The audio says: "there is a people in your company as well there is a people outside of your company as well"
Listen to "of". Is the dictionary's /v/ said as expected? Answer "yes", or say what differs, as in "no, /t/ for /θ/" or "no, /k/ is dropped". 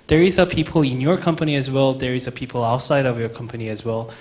yes